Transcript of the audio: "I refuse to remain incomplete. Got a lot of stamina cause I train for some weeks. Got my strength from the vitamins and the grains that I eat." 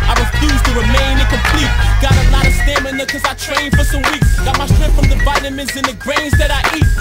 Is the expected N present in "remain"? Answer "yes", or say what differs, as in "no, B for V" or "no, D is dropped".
no, N is dropped